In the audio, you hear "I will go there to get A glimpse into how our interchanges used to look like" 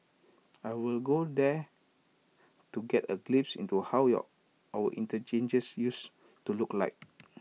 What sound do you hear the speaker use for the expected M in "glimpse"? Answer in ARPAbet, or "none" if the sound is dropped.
none